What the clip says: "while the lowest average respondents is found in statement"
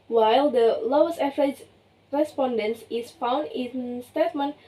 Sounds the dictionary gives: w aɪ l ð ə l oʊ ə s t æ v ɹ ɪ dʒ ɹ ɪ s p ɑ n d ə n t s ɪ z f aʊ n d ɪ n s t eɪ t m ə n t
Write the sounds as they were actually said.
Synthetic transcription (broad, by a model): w aɪ l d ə l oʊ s æ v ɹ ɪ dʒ ɹ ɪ s p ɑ n d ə n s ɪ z f aʊ n d ɪ n s t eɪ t m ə n